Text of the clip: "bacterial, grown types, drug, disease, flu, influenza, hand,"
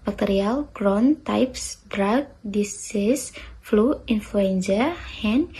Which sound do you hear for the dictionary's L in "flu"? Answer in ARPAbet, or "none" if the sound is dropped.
L